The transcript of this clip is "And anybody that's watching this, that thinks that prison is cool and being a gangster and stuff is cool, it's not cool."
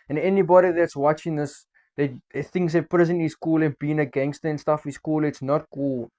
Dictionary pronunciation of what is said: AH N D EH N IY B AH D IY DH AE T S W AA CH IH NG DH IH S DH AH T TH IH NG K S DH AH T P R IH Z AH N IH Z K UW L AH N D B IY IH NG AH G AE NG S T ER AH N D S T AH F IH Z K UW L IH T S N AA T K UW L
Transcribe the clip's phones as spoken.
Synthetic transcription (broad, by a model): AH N EH N IY B AH D IY DH AE T S W AA CH IH NG DH IH S DH AH T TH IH NG S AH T P R IH Z AH N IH S K UW L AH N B IY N AH G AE NG S T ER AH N S T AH F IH S K UW L IH T S N AA T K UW L